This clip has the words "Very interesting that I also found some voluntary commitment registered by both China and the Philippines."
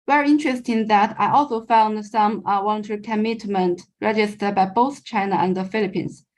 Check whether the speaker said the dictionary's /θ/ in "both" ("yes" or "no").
yes